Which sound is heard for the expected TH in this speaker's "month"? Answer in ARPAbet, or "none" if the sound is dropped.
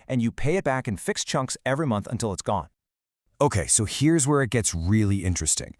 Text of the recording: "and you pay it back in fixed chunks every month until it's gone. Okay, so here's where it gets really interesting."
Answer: TH